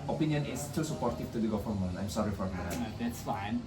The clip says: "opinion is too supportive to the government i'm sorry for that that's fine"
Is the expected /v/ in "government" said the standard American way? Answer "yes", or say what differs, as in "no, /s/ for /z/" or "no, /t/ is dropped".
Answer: no, /f/ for /v/